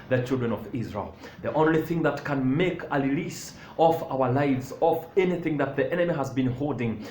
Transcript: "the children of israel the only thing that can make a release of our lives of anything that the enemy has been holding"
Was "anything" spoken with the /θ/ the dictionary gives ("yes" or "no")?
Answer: yes